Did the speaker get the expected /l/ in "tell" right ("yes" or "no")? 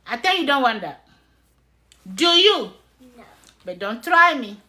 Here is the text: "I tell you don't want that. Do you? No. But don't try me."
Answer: no